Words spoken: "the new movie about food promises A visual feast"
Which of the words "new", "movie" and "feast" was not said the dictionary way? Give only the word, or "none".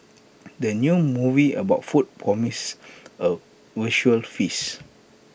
feast